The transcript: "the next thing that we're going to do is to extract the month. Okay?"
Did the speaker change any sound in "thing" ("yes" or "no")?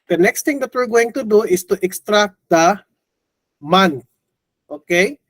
yes